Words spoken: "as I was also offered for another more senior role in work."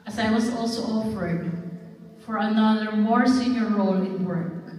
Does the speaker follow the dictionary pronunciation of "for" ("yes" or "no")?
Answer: yes